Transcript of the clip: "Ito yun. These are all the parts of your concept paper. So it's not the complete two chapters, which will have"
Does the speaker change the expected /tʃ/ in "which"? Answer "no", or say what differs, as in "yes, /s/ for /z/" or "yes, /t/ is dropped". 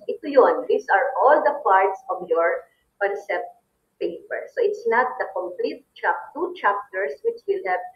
no